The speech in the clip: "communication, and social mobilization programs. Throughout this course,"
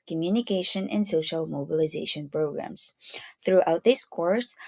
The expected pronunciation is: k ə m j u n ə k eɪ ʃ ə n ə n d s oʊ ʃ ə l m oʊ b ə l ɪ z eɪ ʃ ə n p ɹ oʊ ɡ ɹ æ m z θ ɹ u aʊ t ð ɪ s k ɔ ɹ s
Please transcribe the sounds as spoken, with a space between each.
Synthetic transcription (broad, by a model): k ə m j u n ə k eɪ ʃ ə n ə n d s oʊ ʃ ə l m oʊ b ə l ɪ z eɪ ʃ ə n p ɹ oʊ ɡ ɹ æ m z θ ɹ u aʊ t ð ɪ s k ɔ ɹ s